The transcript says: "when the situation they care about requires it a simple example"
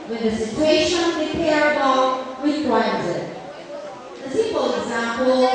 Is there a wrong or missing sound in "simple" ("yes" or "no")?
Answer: yes